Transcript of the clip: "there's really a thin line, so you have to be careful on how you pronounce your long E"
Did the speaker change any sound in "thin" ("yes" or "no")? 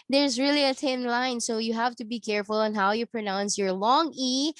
yes